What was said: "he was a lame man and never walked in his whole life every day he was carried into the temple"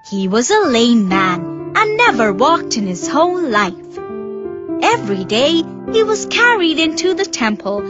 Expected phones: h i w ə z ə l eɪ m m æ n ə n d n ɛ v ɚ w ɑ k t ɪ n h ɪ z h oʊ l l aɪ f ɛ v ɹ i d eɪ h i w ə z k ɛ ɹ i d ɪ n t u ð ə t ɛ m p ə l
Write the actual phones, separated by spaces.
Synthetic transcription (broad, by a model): h i w ə z ə l eɪ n m æ n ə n n ɛ v ɚ w ɑ k t ɪ n ɪ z h oʊ n l aɪ f ɛ v ɹ i d eɪ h i w ə z k ɛ ɹ i d ɪ n t u ð ə t ɛ m p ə l